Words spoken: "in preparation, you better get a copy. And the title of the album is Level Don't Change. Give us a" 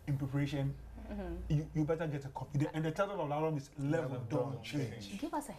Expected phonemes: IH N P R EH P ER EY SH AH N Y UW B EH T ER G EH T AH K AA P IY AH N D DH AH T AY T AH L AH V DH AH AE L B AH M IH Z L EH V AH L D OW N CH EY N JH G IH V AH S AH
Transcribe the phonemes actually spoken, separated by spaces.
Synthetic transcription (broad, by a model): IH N P R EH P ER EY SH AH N Y UW B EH T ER G EH T AH K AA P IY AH N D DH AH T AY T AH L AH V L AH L AH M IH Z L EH AH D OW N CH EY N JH G IH V AH S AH